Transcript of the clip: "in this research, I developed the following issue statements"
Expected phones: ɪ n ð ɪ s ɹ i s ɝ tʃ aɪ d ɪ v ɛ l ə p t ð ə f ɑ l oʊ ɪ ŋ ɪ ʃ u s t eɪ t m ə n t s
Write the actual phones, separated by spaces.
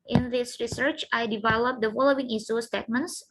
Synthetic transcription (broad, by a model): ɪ n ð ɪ s ɹ i s ɝ tʃ aɪ d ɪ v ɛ l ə p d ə f ɑ l oʊ ɪ ŋ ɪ s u s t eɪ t m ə n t s